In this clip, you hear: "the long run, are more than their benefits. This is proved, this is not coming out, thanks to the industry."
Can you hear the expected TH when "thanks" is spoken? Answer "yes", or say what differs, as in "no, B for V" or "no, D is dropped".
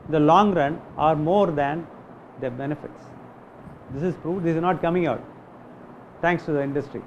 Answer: no, T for TH